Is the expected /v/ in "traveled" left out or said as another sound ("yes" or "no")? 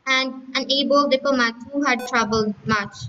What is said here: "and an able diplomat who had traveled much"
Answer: yes